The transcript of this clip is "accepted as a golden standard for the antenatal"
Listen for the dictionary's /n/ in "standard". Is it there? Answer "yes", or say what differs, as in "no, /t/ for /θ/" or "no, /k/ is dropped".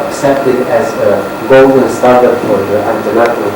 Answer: no, /n/ is dropped